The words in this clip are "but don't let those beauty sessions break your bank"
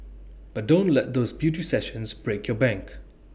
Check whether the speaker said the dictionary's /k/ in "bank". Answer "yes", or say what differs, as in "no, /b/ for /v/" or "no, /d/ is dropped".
yes